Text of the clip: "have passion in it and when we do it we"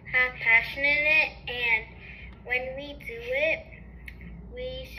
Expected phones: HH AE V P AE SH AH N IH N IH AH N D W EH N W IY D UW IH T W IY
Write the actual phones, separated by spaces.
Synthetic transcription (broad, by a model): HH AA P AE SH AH N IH L IH AH N D W EH N W IY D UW IH T W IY